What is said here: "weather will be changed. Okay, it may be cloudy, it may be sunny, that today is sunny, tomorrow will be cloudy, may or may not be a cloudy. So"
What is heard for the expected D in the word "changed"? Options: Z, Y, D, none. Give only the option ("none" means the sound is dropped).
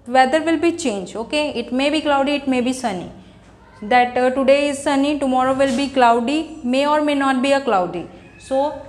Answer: none